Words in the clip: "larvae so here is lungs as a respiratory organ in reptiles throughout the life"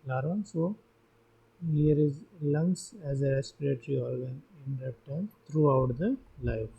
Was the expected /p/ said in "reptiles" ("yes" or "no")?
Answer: no